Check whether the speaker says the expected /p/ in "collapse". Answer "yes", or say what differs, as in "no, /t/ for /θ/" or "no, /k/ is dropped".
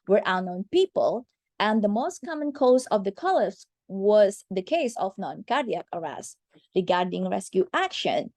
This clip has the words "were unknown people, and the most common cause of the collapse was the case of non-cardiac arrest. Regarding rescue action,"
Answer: no, /p/ is dropped